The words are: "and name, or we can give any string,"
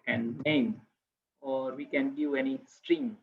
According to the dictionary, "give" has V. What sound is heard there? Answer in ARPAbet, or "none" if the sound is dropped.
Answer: none